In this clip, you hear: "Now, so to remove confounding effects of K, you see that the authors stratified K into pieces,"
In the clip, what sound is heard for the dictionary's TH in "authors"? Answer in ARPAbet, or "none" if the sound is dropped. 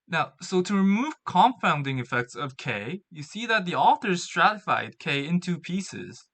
TH